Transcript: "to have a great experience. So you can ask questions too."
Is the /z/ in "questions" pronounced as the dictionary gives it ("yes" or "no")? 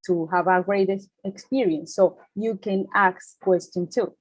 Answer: no